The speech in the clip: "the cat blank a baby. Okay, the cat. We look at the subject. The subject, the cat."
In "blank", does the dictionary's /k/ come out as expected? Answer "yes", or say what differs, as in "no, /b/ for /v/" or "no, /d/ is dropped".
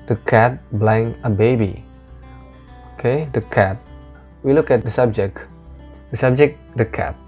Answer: no, /k/ is dropped